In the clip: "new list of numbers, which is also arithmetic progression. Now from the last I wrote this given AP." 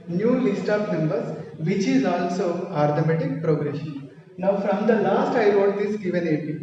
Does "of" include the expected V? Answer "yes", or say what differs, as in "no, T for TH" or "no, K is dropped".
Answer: no, P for V